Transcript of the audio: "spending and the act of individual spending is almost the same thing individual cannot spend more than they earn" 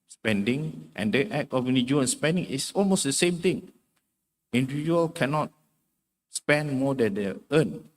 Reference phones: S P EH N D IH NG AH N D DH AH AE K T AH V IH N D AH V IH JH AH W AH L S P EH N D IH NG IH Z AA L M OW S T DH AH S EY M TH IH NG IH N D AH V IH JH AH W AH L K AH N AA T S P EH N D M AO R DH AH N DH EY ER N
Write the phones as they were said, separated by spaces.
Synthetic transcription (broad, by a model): S P EH N D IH NG AH N D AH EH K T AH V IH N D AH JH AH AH N S P EH N D IH NG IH S AA L M OW S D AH S EY M T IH NG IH N D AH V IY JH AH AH L K AH N AA T S P EH N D M AO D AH N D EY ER N